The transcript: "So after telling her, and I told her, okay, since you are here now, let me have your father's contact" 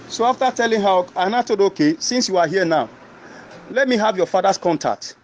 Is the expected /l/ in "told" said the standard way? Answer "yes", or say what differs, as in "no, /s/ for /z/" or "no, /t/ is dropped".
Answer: no, /l/ is dropped